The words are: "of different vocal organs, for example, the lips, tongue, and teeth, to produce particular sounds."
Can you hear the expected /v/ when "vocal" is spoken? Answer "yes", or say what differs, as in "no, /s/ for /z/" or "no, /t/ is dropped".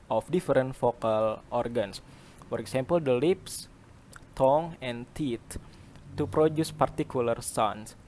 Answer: no, /f/ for /v/